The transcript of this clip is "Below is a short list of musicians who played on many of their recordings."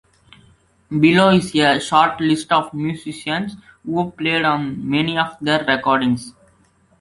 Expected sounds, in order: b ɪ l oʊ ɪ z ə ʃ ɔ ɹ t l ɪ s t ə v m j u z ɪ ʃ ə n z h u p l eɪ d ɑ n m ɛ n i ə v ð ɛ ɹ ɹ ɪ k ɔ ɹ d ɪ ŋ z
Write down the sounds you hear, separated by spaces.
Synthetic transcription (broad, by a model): b ɪ l oʊ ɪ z ə ʃ ɔ ɹ t l ɪ s t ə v m j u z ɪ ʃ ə n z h u p l eɪ d ɑ n m ɛ n i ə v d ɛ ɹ ɹ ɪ k ɔ ɹ d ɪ ŋ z